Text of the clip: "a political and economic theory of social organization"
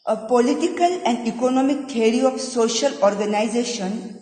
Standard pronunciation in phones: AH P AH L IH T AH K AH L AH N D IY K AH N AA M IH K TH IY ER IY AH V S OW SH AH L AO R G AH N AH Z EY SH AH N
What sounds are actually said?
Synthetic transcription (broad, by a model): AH P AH L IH T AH K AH L AH N D IY K AH N AA M IH K T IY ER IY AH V S OW SH AH L AO R G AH N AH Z EY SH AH N